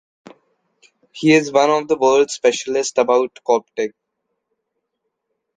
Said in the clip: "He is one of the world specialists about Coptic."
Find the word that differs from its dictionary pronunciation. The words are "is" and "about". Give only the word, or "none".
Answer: none